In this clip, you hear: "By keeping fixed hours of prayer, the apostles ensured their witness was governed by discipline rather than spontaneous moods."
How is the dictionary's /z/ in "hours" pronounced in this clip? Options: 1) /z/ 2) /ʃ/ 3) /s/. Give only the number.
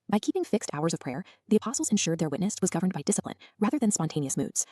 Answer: 1